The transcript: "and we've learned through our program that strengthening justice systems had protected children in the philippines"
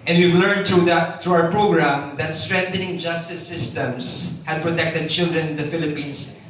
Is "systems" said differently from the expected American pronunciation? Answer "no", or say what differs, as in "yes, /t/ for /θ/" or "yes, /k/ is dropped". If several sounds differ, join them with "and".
yes, /s/ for /z/